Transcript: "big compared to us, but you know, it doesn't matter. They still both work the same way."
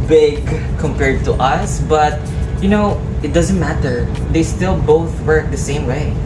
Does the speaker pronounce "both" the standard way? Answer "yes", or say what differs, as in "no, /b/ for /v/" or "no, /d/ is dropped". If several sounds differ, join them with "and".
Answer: yes